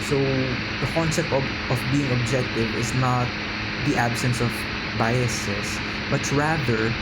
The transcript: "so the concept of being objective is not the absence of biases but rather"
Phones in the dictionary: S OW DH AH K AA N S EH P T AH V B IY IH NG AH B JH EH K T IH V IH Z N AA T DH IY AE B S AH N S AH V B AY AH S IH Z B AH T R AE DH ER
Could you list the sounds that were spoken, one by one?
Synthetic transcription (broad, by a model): S OW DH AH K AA N S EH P T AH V B IY IH NG AH B JH EH K T IH V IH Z N AA T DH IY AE B S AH N S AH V B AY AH S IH S B AH T R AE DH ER